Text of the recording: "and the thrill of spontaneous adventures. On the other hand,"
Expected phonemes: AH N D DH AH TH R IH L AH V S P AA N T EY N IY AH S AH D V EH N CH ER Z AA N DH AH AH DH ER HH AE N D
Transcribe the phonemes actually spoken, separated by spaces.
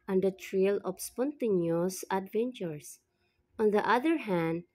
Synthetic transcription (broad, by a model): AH N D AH T R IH L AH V S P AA N T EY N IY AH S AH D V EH N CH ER S AA N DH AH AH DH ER HH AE N D